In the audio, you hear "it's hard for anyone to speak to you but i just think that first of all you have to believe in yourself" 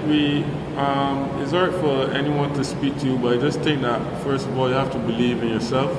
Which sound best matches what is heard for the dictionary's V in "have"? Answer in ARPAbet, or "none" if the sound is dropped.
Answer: F